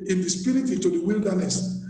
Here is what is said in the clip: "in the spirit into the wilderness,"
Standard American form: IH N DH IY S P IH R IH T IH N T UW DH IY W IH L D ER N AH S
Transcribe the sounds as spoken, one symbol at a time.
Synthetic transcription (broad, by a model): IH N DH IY S P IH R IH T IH T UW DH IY W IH L D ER N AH S